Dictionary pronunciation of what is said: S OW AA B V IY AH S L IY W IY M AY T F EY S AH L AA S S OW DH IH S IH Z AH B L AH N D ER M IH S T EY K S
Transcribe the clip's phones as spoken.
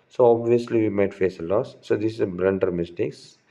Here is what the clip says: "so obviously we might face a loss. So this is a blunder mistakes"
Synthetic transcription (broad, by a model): S OW AA B V IY AH S L IY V IY M AY T F EY S AH L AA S S OW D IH S IH Z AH B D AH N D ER M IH S T EY K S